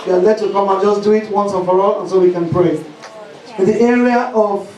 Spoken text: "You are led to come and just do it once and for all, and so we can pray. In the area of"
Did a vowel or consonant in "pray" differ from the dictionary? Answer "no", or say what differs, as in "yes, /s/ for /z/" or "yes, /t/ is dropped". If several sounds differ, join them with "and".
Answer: no